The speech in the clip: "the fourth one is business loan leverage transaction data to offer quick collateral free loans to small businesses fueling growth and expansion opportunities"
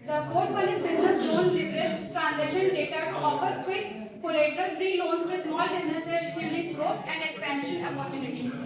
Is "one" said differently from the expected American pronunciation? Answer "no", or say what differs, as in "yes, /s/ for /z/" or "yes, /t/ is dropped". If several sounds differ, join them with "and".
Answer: yes, /l/ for /n/